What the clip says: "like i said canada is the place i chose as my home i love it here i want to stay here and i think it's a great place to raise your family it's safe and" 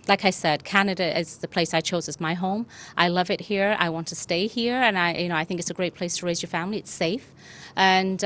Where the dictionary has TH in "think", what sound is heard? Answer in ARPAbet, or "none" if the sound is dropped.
TH